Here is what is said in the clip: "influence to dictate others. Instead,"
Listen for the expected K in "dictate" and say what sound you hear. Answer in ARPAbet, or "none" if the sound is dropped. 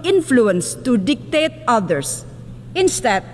K